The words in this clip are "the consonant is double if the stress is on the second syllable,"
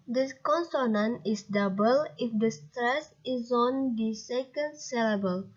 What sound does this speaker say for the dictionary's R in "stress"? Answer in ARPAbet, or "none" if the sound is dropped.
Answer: R